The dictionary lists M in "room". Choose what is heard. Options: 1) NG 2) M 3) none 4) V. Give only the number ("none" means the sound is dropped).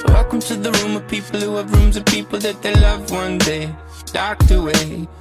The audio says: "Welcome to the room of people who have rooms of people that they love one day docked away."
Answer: 2